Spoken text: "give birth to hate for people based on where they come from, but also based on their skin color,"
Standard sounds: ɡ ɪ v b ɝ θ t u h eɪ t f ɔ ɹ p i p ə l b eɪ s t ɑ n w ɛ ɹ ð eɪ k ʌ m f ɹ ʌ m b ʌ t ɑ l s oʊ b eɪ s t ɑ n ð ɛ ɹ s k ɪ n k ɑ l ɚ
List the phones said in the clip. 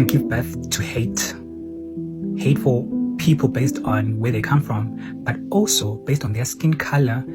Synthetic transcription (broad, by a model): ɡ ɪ v b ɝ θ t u h eɪ t f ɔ l p i p ə l b eɪ s t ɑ n w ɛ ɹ ð eɪ k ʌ m f ɹ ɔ m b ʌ t ɑ l s oʊ b eɪ s t ɑ n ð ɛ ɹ s k ɪ n k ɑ l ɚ